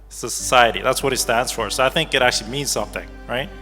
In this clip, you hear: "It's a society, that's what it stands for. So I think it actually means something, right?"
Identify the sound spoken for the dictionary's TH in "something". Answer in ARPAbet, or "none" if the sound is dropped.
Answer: TH